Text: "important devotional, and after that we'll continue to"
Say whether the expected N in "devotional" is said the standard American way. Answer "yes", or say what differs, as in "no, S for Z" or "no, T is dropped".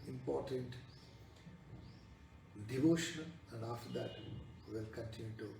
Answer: no, N is dropped